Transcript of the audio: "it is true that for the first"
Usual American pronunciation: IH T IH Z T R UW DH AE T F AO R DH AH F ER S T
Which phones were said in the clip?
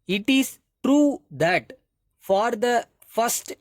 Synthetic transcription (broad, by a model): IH T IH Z T R UW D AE T F AO R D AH F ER S T